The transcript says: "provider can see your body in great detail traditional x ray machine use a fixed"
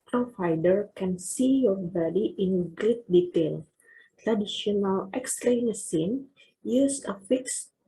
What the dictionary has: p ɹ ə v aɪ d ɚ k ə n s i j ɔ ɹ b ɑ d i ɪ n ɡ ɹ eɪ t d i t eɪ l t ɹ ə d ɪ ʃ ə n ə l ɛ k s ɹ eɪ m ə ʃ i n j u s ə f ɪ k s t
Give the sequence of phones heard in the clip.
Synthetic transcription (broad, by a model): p ɹ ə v aɪ d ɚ k ə n s i j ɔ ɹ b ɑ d i ɪ n ɡ ɹ eɪ t d i t eɪ l t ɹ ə d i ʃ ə n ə l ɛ k s l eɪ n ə s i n j u s ə f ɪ k s